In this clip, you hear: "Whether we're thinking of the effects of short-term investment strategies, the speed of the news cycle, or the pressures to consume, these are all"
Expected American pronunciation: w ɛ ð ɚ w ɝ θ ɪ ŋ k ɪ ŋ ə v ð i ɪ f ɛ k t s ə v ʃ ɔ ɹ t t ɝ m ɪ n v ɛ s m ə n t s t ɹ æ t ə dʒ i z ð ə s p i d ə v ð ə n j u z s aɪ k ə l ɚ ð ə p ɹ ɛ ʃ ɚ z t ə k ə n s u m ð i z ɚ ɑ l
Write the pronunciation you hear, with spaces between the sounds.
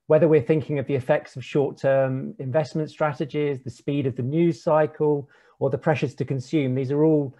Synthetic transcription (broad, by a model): w ɛ ð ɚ w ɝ θ ɪ ŋ k ɪ ŋ ə v ð i ɪ f ɛ k t s ə v ʃ ɔ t t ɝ m ɪ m v ɛ s m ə n t s t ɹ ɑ t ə dʒ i z ð ə s p i d ə v ð ə n j u z s aɪ k ə l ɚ ð ə p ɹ ɛ ʃ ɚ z t ə k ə n s u m ð i z ɚ ɑ l